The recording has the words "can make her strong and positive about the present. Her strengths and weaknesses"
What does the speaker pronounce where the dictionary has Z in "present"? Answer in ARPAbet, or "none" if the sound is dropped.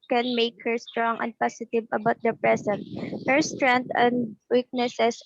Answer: S